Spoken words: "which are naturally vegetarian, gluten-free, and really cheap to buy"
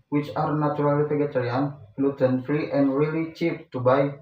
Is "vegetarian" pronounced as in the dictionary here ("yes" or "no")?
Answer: no